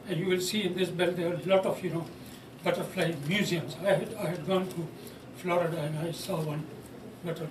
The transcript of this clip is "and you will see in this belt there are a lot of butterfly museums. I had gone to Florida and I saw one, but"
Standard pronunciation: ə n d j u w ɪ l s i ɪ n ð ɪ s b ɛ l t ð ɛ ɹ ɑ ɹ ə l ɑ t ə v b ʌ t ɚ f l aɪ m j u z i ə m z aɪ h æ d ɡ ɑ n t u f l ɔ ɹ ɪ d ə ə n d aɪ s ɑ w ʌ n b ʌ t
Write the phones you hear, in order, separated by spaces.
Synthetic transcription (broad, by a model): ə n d j u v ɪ l s i ɪ n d ɪ s b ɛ l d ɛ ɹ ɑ l ə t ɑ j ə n b ʌ t ɚ f l aɪ m j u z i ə m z aɪ h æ d ɡ ɑ n t u f l ɔ ɹ ɪ d ə ə n d aɪ s ɑ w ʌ n b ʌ t